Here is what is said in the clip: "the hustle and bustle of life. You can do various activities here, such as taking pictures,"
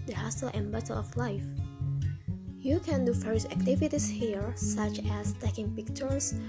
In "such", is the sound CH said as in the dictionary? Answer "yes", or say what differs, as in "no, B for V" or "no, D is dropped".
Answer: yes